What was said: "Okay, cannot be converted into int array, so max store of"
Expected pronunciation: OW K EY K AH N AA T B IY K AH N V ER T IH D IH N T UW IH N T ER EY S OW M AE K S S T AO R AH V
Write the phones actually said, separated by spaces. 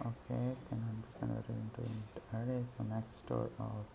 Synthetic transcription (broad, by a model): OW K EY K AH N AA B IY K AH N ER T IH IH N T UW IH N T ER EY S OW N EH K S S T AO R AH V